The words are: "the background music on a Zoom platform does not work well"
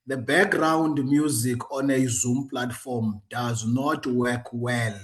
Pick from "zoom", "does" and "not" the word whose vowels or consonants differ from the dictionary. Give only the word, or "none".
none